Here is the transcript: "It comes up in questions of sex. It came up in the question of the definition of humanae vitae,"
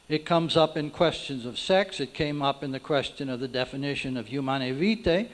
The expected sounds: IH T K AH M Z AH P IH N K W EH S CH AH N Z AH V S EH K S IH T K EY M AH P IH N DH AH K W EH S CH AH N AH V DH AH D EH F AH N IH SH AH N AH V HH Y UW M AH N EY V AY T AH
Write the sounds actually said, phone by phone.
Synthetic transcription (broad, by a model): IH T K AH M Z AH P IH N K W EH S CH AH N Z AH V S EH K S IH T K EY M AH P IH N DH AH K W EH S CH AH N AH V DH AH D EH F AH N IH SH AH N AH V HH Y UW M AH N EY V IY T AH